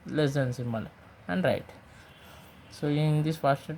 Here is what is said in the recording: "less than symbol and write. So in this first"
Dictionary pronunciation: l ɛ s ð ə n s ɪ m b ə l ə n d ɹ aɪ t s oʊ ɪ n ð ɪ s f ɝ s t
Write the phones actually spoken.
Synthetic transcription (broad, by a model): l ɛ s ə n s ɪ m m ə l ə n d ɹ aɪ t s oʊ ɪ n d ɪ s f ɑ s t